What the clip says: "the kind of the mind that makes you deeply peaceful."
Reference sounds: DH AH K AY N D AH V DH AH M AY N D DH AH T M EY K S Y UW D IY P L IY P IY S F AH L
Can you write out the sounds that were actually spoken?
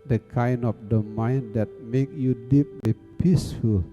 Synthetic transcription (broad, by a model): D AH K AY N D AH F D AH M AY N D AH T M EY K Y UW D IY P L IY P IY S F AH L